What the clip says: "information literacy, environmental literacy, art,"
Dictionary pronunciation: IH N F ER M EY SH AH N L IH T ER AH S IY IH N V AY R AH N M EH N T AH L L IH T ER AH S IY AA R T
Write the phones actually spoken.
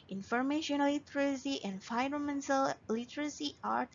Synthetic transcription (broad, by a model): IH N F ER M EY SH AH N L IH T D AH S IY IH N F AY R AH M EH N S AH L L IH T ER AH S IY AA R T